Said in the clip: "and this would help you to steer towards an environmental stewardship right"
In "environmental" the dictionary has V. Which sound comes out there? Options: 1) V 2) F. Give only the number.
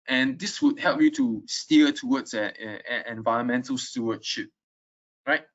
1